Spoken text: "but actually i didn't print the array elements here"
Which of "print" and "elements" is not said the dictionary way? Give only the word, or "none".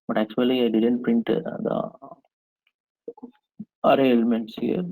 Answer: none